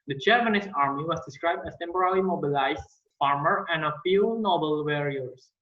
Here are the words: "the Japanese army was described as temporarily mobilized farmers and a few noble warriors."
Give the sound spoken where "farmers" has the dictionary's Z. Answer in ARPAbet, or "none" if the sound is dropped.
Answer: none